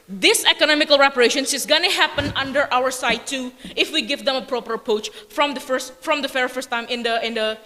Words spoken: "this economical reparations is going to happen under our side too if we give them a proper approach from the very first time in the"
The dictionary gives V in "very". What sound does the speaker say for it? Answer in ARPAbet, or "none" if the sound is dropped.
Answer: F